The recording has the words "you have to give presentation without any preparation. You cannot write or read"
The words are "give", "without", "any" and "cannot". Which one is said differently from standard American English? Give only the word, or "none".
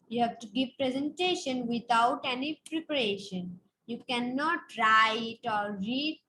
without